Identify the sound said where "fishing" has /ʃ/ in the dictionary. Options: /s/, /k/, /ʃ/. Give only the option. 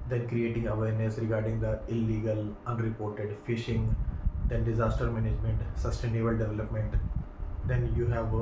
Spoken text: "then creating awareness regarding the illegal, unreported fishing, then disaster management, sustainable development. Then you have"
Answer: /ʃ/